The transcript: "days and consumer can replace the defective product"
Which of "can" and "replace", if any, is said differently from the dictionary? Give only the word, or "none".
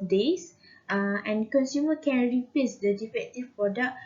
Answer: replace